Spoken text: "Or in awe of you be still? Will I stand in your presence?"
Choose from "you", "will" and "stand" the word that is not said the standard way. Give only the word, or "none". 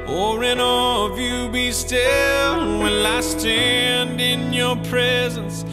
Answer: will